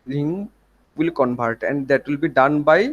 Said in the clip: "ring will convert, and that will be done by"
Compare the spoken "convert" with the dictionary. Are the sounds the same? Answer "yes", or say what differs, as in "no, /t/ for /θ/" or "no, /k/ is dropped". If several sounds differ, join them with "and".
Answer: no, /b/ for /v/